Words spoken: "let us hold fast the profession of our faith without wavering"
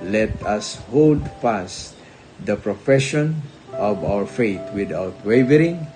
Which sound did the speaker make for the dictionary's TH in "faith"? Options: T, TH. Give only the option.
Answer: T